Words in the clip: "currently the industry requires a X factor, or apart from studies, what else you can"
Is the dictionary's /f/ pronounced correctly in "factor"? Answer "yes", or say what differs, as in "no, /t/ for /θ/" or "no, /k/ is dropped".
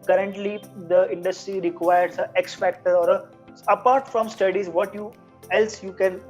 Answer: yes